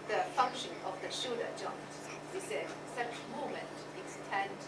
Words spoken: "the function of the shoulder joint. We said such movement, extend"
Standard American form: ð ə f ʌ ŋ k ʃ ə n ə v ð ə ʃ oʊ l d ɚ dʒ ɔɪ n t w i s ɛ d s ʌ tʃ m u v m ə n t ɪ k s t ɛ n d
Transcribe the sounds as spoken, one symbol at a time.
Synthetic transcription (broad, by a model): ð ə f ʌ ŋ k ʃ ə n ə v ð ə ʃ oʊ d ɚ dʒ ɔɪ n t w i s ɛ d s ʌ tʃ m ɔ m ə n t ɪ k s t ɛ n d